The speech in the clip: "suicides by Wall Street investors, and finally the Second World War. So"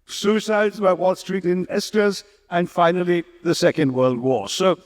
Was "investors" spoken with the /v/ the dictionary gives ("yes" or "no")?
no